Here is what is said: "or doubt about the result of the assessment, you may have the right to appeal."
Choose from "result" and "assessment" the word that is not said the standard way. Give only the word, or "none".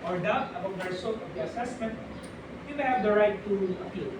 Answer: result